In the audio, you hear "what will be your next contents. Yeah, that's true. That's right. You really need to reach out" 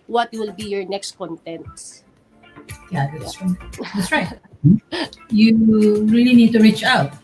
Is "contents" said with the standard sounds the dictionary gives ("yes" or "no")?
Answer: yes